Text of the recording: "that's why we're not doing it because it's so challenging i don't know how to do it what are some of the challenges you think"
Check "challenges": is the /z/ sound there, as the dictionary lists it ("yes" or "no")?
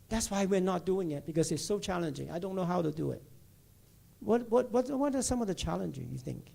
no